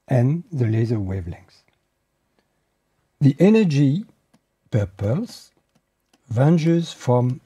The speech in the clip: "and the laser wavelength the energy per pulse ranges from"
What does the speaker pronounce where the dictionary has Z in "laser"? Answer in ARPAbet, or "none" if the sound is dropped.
Z